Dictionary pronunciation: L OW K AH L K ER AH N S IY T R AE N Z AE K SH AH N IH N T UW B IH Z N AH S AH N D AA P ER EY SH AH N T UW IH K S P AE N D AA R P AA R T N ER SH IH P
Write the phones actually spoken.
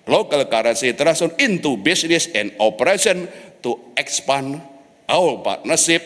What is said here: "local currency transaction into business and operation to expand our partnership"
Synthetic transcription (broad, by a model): L OW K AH L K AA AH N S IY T R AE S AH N IH N T UW B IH S N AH S AH N D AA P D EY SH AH N T UW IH K S P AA N AA W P AA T N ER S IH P